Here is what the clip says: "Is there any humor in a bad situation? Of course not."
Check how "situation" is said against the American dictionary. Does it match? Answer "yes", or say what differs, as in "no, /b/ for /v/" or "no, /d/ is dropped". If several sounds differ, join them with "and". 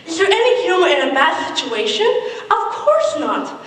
yes